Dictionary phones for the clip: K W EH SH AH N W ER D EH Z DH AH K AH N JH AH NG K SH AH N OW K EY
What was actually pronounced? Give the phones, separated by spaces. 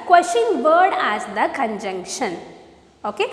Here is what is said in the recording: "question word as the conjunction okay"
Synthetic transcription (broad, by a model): K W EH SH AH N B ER D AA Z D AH K AH N JH AH NG K SH AH N OW K EY